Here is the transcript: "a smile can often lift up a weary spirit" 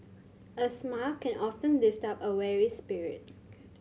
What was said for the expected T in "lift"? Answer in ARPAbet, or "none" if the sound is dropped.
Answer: T